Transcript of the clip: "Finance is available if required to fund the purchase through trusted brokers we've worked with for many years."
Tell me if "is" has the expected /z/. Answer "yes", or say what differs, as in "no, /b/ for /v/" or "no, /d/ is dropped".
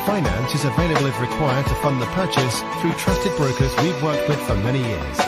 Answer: yes